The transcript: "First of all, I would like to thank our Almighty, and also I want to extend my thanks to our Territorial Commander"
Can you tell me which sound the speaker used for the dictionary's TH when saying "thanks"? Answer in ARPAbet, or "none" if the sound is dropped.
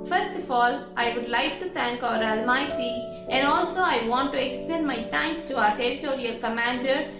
T